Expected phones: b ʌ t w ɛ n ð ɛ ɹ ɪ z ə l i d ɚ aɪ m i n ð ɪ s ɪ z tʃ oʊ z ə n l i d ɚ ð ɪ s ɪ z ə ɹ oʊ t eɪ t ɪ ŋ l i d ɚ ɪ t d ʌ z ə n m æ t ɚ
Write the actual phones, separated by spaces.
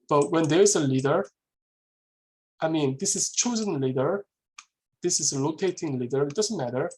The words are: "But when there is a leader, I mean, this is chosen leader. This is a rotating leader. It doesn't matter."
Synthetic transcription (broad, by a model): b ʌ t w ɛ n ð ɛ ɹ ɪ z ə l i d ɚ aɪ m i n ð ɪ s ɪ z tʃ oʊ z ə n l i d ɚ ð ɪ s ɪ z ə l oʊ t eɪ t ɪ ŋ l i d ɚ ɪ t d ʌ z ə n m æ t ɚ